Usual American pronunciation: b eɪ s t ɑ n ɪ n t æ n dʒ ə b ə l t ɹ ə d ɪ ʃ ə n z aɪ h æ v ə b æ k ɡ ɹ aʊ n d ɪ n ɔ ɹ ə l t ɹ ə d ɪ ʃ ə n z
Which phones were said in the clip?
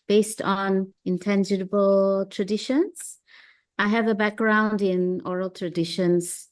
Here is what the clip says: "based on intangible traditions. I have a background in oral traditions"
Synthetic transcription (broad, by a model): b eɪ s t ɑ n ɪ n t æ n dʒ ə b ə l t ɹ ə d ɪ ʃ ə n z aɪ h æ v ə b æ k ɡ ɹ aʊ n d ɪ n ɔ ɹ ə l t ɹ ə d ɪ ʃ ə n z